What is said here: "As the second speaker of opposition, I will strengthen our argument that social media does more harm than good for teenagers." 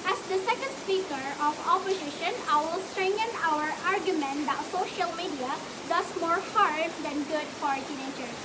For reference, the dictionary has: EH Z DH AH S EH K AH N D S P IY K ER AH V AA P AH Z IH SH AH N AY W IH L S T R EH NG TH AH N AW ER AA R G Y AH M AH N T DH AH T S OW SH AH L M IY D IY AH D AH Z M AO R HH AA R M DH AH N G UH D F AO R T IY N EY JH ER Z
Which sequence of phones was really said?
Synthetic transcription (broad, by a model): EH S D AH S EH K AH N D S P IY K ER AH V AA P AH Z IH SH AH N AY W IH L S T R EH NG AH N AW ER AA R G Y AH M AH N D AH T S OW SH AH L M IY D IY AH D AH S M AO R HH AA R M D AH N G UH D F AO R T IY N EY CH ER